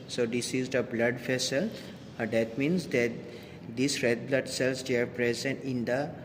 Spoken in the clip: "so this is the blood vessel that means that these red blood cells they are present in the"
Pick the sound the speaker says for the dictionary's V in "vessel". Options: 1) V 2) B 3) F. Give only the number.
3